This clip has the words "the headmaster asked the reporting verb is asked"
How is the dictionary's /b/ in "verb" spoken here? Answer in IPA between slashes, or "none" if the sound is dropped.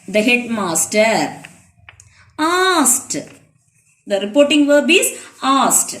/b/